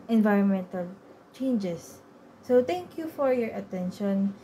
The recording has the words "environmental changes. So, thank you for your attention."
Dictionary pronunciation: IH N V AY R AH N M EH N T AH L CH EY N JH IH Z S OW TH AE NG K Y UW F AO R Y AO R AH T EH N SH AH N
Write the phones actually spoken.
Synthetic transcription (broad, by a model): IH N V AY R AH N M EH N T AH L CH EY N JH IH S OW T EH NG K Y UW F AO R Y AO R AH T EH N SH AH N